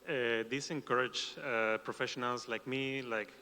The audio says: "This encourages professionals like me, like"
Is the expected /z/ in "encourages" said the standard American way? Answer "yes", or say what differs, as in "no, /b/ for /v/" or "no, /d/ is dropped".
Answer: no, /z/ is dropped